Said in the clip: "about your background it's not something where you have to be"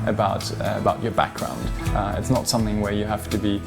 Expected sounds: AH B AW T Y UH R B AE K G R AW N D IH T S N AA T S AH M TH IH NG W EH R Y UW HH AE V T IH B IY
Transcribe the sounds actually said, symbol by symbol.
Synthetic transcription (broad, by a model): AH B AW T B UH R B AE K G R AW N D IH T S N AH T S AH M TH IH NG W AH R Y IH HH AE F T IH B IY